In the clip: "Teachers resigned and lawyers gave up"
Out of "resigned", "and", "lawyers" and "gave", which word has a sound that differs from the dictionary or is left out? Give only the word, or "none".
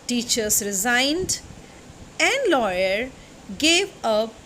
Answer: lawyers